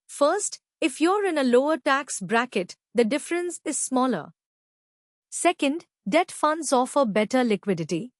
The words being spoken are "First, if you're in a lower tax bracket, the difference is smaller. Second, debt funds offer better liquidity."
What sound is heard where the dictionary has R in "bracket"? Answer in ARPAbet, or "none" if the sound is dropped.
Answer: R